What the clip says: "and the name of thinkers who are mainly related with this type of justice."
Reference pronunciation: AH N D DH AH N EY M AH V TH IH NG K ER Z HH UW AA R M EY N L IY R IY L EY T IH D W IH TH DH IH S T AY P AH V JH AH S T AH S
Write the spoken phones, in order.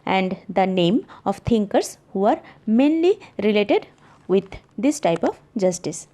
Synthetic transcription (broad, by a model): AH N D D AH N EY M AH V T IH NG K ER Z HH UW AA R M EY N L IY R IY L EY T IH D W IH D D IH S T AY P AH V JH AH S T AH S